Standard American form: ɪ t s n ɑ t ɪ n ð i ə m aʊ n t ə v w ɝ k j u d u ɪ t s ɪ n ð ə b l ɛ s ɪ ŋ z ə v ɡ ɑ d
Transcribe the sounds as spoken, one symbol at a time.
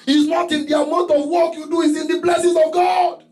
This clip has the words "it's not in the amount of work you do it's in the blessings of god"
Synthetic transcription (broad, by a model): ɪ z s n ɑ t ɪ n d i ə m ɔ t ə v w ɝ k j u d u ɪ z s ɪ n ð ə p l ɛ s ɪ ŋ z ə v ɡ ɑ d